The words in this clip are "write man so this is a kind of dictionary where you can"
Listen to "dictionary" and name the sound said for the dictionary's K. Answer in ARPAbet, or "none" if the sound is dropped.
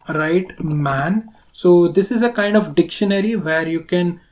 K